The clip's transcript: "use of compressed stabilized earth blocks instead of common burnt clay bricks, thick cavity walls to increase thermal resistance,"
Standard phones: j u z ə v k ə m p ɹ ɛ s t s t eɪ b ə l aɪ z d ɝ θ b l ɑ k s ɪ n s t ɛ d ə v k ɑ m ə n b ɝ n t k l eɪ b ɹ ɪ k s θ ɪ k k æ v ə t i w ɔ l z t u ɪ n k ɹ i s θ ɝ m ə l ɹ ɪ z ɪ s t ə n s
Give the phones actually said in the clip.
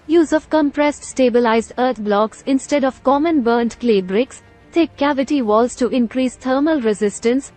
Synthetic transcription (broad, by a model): j u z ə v k ə m p ɹ ɛ s t s t eɪ b ə l aɪ z d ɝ t b l ɑ k s ɪ n s t ɛ d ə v k ɑ m ə n b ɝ n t k l eɪ b ɹ ɪ k s t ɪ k k æ v ə t i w ɔ l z t u ɪ n k ɹ i s t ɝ m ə l ɹ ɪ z ɪ s t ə n s